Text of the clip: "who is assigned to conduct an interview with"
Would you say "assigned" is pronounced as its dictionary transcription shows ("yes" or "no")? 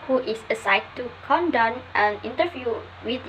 no